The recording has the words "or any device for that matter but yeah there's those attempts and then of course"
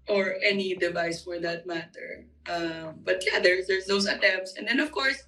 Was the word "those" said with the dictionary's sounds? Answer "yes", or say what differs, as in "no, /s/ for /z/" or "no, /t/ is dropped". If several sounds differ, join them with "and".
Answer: no, /s/ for /z/